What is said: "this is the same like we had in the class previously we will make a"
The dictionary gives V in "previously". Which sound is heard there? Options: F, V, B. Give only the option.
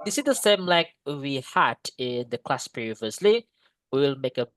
V